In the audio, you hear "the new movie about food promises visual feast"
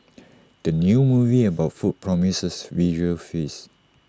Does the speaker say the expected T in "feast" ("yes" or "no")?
no